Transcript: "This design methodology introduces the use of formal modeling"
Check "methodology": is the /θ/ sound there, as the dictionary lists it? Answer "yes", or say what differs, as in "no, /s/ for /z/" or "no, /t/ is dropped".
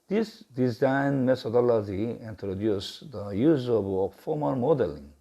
no, /t/ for /θ/